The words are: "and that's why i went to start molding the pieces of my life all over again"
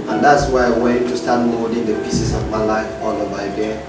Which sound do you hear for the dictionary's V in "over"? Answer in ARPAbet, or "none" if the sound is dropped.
B